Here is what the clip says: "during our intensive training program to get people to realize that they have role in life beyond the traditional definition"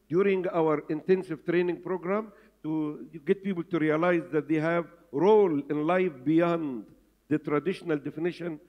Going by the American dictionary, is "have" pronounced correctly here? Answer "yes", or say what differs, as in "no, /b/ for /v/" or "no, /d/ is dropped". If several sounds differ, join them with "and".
yes